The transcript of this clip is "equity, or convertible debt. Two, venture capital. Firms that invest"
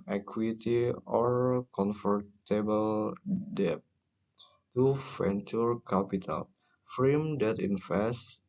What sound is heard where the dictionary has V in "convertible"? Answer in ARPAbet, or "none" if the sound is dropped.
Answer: F